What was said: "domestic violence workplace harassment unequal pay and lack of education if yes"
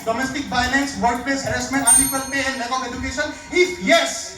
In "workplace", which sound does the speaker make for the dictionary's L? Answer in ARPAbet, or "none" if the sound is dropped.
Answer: none